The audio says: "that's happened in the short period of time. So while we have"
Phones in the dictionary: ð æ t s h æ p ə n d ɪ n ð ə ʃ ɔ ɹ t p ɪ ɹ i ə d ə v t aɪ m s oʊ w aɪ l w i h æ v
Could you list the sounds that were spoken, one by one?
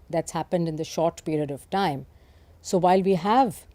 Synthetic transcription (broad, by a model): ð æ t s h æ p ə n d ɪ n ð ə ʃ ɔ ɹ t p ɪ ɹ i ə d ə v t aɪ m s oʊ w aɪ l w i h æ v